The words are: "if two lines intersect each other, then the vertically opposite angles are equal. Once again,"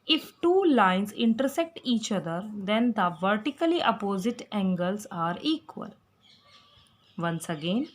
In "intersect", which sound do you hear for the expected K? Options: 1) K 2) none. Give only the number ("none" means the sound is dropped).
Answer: 1